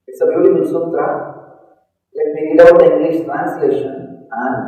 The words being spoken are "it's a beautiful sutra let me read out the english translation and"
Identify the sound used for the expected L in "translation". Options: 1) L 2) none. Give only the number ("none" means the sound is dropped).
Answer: 1